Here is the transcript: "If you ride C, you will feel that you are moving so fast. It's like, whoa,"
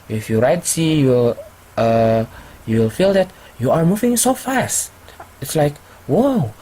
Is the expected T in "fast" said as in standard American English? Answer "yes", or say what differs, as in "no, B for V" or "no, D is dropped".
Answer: yes